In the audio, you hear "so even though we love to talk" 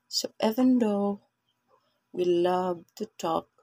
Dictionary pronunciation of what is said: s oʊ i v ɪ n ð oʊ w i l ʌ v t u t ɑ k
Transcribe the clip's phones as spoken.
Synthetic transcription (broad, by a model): s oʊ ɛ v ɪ n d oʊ w i l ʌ b t u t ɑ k